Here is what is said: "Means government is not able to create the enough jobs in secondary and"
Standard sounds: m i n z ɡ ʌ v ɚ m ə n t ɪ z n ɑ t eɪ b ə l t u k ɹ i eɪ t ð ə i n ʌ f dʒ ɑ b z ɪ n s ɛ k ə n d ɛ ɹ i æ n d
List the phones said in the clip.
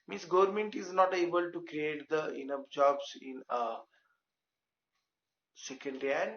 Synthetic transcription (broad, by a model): m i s ɡ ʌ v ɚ m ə n t ɪ z n ɑ t eɪ b ə l t u k ɹ i eɪ t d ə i n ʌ p dʒ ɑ b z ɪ n s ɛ k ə n d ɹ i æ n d